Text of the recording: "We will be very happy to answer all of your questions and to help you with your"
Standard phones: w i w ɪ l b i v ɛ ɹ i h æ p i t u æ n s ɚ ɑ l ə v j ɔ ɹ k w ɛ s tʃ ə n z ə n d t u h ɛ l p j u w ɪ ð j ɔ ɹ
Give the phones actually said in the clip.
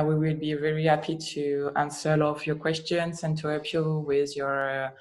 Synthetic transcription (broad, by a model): w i w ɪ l b i v ɛ ɹ i h æ p i t u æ n s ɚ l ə f j ɔ ɹ k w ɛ s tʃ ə n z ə n t u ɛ p j u w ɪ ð j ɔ ɹ